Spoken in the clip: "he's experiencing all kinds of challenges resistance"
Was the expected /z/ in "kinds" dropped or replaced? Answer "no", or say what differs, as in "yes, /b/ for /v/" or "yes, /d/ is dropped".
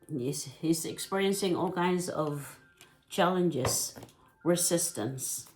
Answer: no